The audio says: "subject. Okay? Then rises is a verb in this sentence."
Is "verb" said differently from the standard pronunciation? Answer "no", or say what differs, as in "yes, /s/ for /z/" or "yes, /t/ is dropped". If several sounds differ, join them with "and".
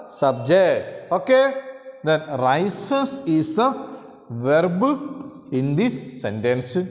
no